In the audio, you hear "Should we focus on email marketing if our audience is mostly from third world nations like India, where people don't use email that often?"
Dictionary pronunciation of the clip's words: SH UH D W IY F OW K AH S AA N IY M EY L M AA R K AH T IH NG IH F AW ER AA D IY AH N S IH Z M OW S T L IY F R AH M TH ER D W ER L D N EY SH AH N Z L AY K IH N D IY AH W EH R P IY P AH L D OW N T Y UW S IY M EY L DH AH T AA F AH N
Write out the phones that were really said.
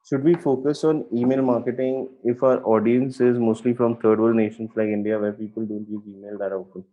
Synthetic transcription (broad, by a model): SH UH D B IY F OW K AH S AA N IY M EY L M AA R K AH T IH NG IH F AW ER AA D IY AH N S IH Z M OW S T L IY F R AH M T ER D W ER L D N EY SH AH N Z L AY K IH N D IY AH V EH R P IY P AH L D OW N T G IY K IY M EY L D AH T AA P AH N